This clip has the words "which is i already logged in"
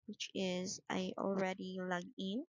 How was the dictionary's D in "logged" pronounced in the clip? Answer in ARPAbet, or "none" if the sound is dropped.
none